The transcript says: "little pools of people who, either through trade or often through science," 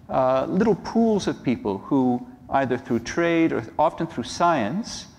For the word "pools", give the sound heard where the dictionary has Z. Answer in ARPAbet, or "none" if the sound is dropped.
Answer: Z